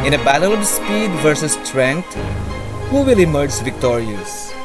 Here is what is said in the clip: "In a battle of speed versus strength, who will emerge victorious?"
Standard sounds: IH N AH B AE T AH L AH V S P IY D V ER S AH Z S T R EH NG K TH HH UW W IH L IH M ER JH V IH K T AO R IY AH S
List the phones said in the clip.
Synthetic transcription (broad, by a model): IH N AH B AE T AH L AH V S P IY D V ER S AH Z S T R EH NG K T HH UW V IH L IH M ER JH V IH K T AO R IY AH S